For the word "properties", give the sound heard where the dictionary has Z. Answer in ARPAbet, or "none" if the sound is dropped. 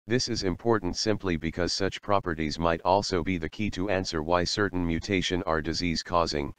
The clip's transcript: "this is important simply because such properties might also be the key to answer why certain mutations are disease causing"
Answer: Z